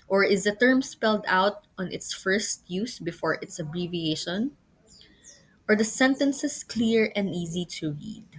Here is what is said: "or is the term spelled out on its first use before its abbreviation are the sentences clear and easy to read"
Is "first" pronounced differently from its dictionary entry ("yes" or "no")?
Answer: no